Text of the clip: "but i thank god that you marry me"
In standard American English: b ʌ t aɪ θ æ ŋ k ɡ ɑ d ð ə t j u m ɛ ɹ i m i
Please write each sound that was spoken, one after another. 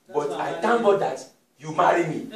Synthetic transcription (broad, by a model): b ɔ t aɪ t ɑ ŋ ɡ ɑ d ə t j u m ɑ ɹ i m i